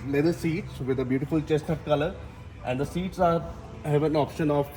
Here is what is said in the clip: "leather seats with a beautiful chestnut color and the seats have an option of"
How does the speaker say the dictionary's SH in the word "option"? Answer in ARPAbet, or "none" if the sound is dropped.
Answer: SH